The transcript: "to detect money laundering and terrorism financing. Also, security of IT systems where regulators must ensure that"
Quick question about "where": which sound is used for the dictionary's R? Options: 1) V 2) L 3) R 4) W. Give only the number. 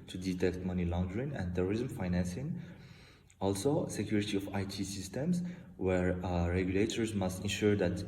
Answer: 3